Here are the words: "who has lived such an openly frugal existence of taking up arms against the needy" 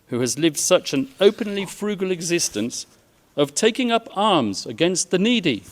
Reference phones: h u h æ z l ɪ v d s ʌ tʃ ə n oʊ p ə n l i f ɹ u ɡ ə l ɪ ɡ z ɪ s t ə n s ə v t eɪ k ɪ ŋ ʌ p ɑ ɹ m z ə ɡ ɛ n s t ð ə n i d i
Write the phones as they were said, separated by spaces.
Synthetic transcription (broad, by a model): h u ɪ z l ɪ v d s ʌ tʃ ə n oʊ p ə n l i f ɹ u ɡ ə l ɪ ɡ z ɪ s t ə n s ə v t eɪ k ɪ ŋ ʌ p ɑ ɹ m z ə ɡ ɛ n s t ð ə n i d i